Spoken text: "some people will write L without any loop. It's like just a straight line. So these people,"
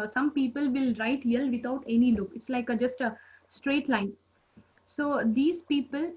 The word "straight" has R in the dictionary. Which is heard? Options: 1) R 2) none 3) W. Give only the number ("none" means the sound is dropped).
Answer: 1